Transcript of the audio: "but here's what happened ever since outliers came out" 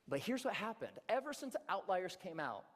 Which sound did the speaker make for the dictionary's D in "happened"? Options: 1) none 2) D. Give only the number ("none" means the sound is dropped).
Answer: 2